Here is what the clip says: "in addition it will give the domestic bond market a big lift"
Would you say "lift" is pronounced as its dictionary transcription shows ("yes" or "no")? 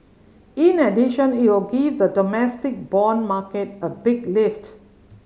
yes